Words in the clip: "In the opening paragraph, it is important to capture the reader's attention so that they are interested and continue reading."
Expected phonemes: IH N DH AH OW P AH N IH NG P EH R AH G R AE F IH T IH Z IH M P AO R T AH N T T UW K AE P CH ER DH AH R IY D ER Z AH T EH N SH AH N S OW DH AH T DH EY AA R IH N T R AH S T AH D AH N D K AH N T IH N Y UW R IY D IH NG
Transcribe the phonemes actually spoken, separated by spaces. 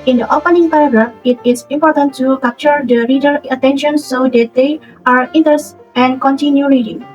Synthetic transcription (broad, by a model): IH N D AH OW P AH N IH NG P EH R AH G R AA F IH T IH S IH M P AO R T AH N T T UW K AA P CH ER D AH R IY D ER AH T EH N SH AH N S OW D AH T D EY AA R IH N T AH T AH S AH N K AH N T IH N Y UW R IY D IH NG